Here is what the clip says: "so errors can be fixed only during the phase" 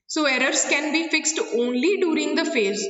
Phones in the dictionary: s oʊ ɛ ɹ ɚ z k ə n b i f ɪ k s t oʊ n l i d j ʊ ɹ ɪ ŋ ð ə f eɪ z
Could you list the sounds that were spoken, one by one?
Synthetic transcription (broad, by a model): s oʊ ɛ ɹ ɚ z k ə n b i f ɪ k s t oʊ n l i d j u ɹ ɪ ŋ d ə f eɪ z